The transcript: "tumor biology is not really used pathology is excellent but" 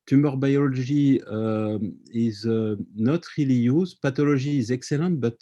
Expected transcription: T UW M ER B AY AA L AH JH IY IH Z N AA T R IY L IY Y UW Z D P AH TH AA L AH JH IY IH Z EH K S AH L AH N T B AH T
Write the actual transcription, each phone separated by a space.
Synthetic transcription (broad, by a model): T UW M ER B AY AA L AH ZH IY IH Z N AA T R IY L IY Y UW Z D P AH T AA L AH ZH IY Z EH K S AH L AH T B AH T